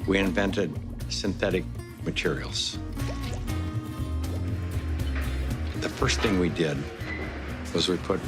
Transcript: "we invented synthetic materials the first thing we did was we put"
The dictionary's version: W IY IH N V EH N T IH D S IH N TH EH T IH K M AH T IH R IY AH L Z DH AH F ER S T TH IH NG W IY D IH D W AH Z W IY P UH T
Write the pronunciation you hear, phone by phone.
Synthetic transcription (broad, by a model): W IY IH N V EH N T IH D S IH N TH EH T IH K M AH T IH R IY L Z DH AH F ER S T TH IH NG W IY D IH D W AH Z W IY P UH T